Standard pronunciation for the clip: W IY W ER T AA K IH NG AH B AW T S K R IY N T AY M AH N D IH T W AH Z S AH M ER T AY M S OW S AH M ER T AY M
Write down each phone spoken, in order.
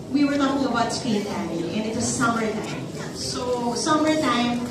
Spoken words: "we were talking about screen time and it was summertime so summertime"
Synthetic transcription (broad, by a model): W IY W ER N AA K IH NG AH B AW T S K IY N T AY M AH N IH T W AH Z S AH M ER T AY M S OW S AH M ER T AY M